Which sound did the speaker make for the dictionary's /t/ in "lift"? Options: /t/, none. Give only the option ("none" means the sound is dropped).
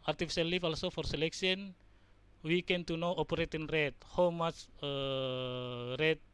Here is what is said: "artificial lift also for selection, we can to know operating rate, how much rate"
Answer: none